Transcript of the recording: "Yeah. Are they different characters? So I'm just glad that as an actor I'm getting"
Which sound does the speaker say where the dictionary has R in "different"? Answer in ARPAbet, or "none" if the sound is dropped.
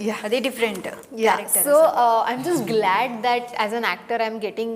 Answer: R